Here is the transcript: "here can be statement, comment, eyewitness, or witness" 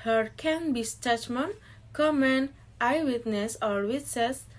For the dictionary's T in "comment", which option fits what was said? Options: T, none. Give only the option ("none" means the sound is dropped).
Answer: none